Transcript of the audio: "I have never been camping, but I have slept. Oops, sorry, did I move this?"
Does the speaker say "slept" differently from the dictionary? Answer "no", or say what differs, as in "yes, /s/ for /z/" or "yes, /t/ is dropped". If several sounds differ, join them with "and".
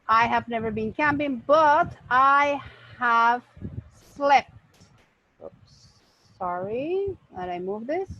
no